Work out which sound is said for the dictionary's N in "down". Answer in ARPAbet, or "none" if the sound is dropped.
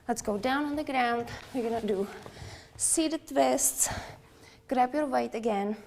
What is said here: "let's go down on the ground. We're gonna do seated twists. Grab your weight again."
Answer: N